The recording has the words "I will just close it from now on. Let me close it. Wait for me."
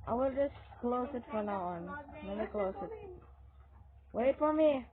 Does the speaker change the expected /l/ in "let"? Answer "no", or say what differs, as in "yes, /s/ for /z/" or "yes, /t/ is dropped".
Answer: yes, /n/ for /l/